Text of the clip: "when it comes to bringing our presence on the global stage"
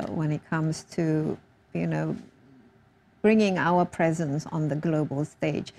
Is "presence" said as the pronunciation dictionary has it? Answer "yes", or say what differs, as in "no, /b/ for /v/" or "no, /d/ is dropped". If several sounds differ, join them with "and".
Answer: yes